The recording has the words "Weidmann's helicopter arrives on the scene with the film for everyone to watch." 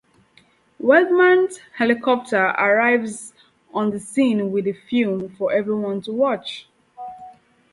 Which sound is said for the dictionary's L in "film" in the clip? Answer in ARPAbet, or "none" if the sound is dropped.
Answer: none